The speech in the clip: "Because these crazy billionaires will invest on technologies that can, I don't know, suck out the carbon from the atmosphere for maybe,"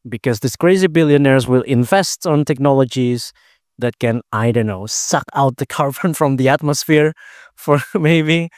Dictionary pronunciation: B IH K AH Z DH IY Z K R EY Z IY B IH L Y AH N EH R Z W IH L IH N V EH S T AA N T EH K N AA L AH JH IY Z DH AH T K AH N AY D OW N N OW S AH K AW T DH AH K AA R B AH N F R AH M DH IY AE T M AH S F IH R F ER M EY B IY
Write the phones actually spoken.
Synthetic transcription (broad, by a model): B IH K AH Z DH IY S K R EY Z IY B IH L Y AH N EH R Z W IH L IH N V EH S T N T EH K N AA L AH JH IY Z DH AH T K AH N AY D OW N N OW S AH K AW T DH AH K AA R B AH N F R AH M DH IY AE T M AH S F IH R F ER M EY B IY